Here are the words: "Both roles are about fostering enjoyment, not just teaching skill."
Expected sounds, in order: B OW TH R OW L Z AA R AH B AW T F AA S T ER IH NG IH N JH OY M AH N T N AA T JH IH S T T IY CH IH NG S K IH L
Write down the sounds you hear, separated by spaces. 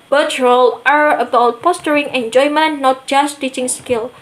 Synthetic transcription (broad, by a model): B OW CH R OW L AA R AH B AW T P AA S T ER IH NG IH N JH OY M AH N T N AA T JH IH S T T IY CH IH NG S K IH L